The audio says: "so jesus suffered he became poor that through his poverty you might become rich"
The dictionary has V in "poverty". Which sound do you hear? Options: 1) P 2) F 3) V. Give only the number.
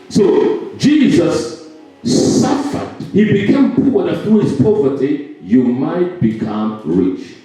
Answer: 3